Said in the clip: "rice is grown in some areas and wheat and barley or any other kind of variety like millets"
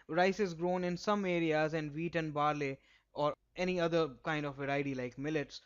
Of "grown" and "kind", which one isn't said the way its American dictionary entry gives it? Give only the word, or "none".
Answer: none